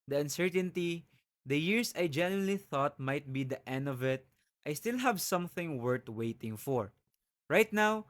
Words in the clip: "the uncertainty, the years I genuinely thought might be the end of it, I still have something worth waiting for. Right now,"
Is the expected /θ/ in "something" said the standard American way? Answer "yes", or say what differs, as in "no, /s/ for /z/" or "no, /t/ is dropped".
yes